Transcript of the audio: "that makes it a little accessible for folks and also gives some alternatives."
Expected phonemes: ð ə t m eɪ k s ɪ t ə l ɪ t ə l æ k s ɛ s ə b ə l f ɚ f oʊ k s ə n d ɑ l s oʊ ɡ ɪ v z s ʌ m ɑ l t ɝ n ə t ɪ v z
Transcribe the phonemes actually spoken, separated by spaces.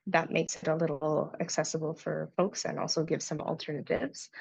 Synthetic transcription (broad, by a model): ð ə t m eɪ k s ɪ t ə l ɪ t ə k s ɛ s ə b l f ɚ f oʊ k s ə n ɑ l s oʊ ɡ ɪ v z s ʌ m l t ɝ n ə t ɪ v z